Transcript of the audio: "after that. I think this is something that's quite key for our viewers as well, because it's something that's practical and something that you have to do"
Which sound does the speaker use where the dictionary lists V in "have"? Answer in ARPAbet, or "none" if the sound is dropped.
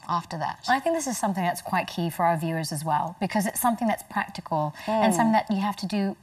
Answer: F